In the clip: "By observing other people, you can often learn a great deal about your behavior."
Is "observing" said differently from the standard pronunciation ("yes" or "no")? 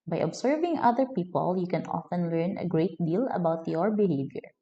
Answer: yes